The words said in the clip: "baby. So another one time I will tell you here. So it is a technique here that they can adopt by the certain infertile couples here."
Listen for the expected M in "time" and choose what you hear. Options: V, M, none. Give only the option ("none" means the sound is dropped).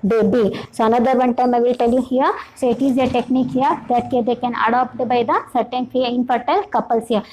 M